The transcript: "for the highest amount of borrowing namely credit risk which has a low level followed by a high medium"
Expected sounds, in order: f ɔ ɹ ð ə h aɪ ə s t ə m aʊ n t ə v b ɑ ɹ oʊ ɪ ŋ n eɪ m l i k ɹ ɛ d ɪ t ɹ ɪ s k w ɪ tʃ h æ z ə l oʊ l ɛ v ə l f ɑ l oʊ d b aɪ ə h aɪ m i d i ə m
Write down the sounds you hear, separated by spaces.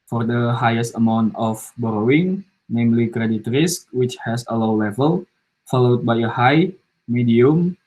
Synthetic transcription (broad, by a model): f ɔ ɹ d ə h aɪ ə s t ə m aʊ n t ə f b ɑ ɹ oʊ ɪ ŋ n eɪ m l i k ɹ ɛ d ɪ t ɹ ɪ s w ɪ tʃ h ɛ s ə l oʊ l ɛ v ə l f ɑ l oʊ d b aɪ ə h aɪ m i d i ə m